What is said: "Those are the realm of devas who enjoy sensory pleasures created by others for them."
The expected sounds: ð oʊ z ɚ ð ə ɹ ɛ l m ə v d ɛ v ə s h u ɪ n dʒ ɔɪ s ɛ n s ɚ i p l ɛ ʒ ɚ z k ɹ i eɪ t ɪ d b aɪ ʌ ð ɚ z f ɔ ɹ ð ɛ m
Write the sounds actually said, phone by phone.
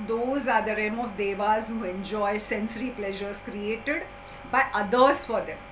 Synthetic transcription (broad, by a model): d oʊ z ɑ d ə ɹ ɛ m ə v d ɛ v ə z h u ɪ n dʒ ɔɪ s ɛ n s ɚ i p l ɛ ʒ ɚ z k ɹ i eɪ t ɪ d b aɪ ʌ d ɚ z f ɔ ɹ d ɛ m